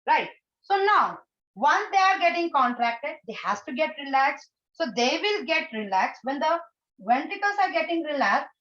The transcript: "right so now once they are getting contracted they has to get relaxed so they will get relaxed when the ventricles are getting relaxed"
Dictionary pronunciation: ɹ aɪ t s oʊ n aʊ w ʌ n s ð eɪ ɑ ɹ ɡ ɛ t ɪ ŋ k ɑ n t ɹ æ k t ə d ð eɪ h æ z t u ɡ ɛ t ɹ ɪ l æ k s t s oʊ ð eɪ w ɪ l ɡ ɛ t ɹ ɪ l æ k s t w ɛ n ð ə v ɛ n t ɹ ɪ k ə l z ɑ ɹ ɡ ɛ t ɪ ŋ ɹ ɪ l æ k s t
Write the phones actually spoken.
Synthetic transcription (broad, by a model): ɹ aɪ t s oʊ n aʊ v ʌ n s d eɪ ɑ ɹ ɡ ɛ t ɪ ŋ k ɑ n t ɹ æ k t ə d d eɪ h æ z t u ɡ ɛ t ɹ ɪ l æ k s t s oʊ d eɪ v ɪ l ɡ ɛ t ɹ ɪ l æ k s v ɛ n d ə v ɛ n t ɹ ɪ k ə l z ɑ ɹ ɡ ɛ t ɪ ŋ ɹ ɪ l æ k s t